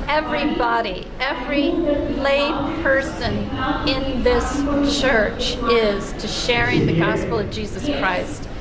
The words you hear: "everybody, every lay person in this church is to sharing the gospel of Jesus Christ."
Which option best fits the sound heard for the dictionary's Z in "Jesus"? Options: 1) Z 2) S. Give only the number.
1